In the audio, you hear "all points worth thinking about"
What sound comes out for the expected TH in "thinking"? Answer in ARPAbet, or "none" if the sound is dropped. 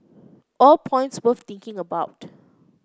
T